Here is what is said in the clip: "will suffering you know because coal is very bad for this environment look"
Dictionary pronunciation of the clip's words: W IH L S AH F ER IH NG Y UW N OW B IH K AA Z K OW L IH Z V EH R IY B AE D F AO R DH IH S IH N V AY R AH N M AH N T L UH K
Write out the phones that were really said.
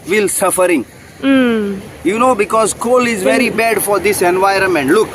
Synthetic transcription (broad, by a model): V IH L S AH F ER IH NG Y UW N OW B IH K AA Z K OW L IH Z V EH R IY B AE D F AO R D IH S IH N V AY R AH N M AH N T L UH K